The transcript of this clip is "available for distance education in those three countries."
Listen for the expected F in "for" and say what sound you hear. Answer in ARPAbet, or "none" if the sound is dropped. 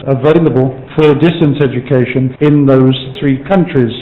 F